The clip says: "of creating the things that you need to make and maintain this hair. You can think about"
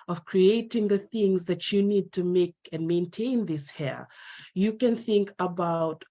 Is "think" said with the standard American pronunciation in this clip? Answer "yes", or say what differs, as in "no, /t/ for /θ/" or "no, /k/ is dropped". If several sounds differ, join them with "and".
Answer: yes